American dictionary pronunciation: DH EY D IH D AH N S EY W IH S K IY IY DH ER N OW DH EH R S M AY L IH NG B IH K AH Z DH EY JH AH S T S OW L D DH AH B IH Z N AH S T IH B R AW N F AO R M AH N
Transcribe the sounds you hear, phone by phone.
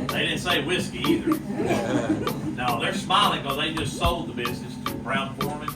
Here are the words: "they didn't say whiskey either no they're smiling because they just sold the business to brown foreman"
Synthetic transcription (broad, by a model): DH EY D IH D N S EY W IH S K IY IY DH ER N OW DH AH R S M AY L IH NG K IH AH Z DH EY JH AH S T S OW L D DH AH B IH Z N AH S T IH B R AW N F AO R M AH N